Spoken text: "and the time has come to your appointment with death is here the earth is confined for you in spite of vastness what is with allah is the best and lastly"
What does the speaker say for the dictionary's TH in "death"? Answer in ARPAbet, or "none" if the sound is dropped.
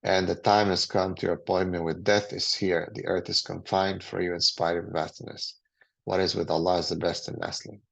TH